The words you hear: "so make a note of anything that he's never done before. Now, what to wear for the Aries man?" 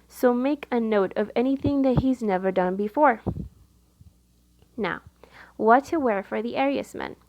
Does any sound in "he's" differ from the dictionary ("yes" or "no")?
no